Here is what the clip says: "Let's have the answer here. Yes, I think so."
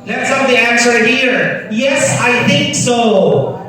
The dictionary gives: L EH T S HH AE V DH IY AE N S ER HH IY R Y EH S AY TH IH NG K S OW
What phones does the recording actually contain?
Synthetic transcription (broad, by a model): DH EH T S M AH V DH IY AE N S ER HH IY R Y EH S AY TH IH NG K S OW